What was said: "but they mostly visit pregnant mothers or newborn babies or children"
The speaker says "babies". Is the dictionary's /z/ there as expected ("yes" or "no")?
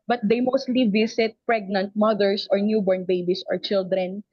no